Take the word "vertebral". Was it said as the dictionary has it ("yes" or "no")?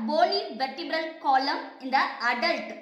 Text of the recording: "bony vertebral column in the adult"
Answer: no